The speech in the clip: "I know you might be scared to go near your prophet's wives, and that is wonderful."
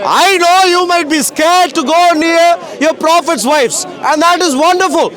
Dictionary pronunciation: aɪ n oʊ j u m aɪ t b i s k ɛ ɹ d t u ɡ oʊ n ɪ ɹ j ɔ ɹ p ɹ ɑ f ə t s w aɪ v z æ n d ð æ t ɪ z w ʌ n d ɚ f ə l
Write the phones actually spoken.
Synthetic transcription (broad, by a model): aɪ n oʊ j u m aɪ t b i s k ɛ ɹ d t u ɡ oʊ n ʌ ɹ j ɔ ɹ p ɹ ɑ f ə t s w aɪ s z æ n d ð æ t ɪ z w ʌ n d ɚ f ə l